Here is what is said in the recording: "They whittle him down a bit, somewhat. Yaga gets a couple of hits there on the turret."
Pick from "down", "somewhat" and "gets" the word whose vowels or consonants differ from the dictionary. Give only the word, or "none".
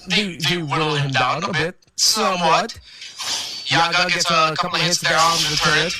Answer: down